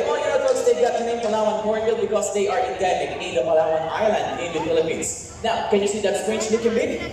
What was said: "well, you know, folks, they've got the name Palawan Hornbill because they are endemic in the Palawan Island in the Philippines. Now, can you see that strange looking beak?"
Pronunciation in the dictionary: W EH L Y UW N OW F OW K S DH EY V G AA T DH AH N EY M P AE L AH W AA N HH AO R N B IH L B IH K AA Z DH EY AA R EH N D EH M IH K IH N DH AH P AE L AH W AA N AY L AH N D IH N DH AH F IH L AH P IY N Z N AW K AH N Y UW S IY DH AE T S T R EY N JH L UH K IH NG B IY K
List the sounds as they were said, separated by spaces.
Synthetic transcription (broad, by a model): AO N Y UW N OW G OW S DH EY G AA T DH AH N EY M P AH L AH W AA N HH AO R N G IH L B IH K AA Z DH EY AA R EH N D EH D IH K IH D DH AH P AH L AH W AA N AY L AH N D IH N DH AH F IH L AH P IY N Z N AW K AH N Y UW S IY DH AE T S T R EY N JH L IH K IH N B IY